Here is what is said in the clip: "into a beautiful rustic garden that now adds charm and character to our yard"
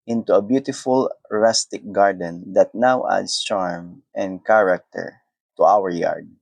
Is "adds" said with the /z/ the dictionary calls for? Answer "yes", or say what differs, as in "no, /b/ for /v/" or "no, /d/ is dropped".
no, /s/ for /z/